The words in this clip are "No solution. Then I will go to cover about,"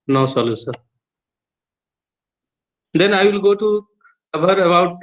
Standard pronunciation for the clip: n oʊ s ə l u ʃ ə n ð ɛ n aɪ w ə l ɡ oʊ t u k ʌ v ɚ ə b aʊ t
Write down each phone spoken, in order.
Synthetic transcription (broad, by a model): n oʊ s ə l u s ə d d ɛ n aɪ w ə l ɡ oʊ t u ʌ b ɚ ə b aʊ t